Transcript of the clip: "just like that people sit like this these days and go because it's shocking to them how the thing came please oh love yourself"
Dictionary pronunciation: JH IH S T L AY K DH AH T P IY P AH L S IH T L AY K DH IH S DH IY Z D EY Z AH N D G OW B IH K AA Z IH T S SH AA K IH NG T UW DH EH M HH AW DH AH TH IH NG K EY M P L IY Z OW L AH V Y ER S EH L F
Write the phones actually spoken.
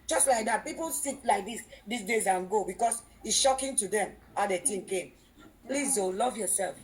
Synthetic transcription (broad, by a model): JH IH S T L AY K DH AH T P IY P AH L S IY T L AY K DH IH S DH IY S D EY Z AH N G OW B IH K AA S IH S SH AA K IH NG T UW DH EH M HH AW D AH T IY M K EY M P L IY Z OW L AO V Y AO S EH L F